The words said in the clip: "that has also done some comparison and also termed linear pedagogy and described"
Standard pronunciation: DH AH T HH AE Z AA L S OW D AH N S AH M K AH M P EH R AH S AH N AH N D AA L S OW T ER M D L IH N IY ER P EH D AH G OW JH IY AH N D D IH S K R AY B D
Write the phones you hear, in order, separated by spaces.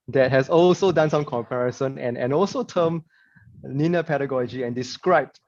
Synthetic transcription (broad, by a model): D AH T HH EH S AA L S OW D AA N S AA M K AH M P EH R AH S AH N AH N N AA L S OW T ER M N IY N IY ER P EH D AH G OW JH IY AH N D D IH S K R AY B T